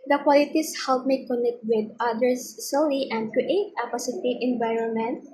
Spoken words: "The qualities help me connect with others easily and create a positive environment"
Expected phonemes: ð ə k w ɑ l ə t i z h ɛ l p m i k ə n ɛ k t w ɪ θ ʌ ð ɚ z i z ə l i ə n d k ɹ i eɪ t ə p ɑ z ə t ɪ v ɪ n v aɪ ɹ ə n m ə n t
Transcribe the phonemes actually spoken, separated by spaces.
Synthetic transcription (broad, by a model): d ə k w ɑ l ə t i s h ɛ l p m i k ə n ɛ k t w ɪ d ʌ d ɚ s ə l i ə n d k ɹ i eɪ t ə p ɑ s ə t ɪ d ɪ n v aɪ ɹ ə n m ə n t